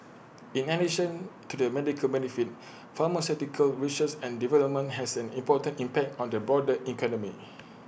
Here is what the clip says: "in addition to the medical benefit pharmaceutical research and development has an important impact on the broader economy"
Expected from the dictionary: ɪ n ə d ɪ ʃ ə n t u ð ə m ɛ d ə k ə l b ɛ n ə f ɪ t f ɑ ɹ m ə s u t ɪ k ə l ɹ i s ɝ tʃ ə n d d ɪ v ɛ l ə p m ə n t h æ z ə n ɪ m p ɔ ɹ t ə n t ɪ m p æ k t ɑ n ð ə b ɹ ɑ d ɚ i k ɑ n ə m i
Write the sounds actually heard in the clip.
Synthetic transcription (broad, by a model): ɪ n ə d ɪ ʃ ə n t u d ə m ɛ d ə k ə l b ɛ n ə f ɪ t f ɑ m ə s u t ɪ k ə l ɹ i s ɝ s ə n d d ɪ v ɛ l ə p m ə n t h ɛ s ə n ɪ m p ɔ t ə n t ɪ m p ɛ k t ɑ n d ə b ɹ ɑ d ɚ i k ɑ n ə m i